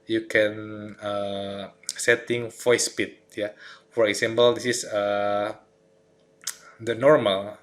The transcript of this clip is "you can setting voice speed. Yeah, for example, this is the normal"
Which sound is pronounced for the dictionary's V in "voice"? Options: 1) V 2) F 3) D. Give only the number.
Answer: 2